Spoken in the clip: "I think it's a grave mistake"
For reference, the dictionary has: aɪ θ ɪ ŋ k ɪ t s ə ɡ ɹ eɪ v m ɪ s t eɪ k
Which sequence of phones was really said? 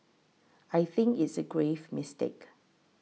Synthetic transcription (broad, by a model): aɪ θ ɪ ŋ k ɪ t s ə ɡ ɹ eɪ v m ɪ s t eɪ k